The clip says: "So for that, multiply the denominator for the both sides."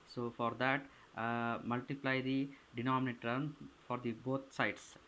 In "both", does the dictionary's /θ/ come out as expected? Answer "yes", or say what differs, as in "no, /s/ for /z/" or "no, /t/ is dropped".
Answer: no, /t/ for /θ/